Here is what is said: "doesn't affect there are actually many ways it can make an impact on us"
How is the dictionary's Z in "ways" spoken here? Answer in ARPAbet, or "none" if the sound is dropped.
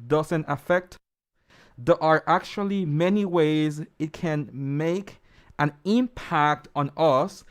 Z